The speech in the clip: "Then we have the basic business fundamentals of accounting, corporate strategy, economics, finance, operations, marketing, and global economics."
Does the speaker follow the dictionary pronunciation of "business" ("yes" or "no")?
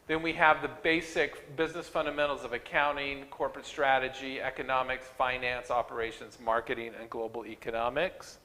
yes